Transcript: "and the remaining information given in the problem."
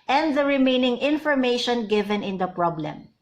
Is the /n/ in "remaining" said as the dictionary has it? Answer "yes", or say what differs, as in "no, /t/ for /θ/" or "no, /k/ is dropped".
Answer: yes